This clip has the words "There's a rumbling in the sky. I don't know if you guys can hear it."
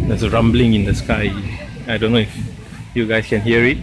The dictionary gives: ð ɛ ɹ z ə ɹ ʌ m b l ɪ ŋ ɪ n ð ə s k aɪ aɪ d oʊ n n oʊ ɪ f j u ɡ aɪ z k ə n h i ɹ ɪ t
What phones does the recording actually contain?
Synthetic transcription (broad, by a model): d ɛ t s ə ɹ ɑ m b l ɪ ŋ ɪ n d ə s k aɪ aɪ d oʊ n n oʊ ɪ f j u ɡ aɪ s k ə n h i ɹ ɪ t